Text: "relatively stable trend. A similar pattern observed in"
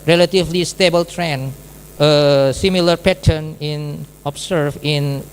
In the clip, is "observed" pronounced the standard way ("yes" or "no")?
no